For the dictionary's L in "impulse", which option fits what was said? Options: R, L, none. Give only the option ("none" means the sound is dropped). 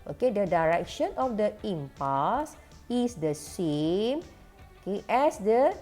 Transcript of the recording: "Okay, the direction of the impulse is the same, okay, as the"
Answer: none